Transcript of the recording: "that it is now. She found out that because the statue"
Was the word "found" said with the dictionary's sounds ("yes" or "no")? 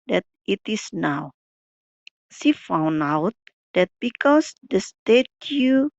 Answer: no